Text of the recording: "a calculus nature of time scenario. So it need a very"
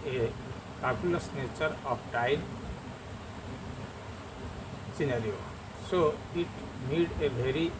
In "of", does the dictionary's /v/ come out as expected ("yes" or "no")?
no